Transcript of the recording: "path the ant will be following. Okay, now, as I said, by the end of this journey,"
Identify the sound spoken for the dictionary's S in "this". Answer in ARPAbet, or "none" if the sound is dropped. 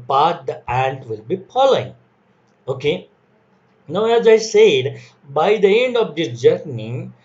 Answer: none